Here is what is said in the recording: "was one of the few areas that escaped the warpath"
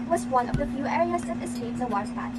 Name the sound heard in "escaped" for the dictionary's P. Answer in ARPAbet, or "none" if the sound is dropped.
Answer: none